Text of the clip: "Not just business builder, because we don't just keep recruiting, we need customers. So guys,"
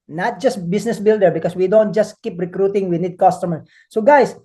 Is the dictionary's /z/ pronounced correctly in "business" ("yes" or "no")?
no